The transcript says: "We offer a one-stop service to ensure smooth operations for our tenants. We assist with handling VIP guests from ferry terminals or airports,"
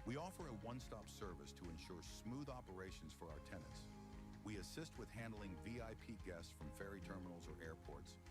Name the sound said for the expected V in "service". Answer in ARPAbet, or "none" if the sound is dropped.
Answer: V